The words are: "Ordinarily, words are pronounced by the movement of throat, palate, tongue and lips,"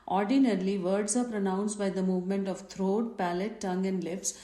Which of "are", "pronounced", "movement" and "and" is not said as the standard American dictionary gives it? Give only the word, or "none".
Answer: none